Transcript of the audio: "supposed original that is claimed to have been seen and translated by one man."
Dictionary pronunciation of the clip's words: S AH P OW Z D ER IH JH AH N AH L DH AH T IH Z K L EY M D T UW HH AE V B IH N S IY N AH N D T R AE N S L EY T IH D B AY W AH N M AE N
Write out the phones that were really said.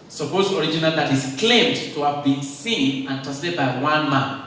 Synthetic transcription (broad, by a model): S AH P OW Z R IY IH JH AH N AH L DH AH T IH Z K L EY M D T UW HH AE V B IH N S IY N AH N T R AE S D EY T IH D B AY W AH N M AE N